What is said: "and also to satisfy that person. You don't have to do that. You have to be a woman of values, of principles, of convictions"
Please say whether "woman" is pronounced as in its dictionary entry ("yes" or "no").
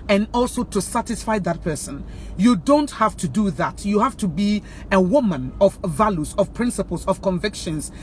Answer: yes